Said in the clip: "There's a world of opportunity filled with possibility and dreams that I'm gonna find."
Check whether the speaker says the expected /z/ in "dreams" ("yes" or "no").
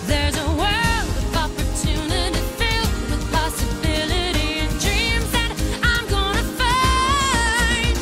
yes